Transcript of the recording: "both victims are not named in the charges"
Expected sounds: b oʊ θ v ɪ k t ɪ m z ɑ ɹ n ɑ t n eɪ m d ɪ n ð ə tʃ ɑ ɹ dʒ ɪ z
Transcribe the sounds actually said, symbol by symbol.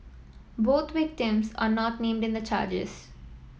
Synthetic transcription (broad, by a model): b oʊ t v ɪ k t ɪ m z ɑ ɹ n ɑ t n eɪ m d ɪ n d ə tʃ ɑ ɹ dʒ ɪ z